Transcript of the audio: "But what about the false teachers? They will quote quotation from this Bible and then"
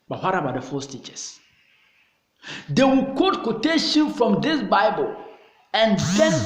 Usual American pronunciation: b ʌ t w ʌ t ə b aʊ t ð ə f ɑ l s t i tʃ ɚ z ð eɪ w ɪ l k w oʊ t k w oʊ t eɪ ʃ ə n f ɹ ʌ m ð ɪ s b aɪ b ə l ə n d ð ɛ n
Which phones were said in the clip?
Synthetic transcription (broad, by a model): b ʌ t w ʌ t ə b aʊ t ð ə f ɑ s t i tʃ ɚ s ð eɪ w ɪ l k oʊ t k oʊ t eɪ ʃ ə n f ɹ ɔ m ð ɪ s b aɪ b ə l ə n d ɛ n